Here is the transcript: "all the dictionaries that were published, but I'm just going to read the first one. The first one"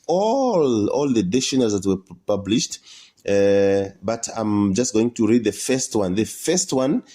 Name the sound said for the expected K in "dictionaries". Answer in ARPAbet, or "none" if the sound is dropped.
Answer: none